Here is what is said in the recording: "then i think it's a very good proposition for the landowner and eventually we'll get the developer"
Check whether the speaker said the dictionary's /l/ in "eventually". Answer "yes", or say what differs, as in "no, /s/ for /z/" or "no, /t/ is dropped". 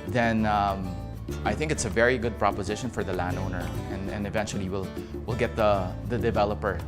no, /w/ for /l/